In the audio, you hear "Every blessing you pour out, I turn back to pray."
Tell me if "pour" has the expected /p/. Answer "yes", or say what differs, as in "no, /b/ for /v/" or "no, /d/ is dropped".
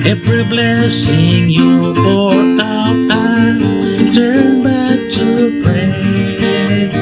no, /f/ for /p/